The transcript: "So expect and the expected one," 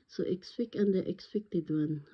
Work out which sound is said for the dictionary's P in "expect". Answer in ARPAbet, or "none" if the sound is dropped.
F